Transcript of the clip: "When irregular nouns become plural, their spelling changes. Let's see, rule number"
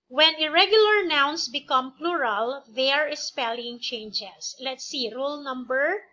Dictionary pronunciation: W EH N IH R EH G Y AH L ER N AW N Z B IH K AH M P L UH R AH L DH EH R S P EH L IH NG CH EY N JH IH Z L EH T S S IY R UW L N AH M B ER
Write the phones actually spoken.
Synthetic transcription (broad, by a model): W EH N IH R EH G Y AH L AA N AW N S B IH K AH M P L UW R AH L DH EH R S P EH L IH NG CH EY N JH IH S L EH T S S IY R UW L N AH M B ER